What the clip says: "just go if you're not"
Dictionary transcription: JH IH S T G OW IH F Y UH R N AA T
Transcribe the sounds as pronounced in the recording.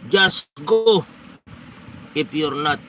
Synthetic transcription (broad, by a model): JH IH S G OW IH P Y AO R N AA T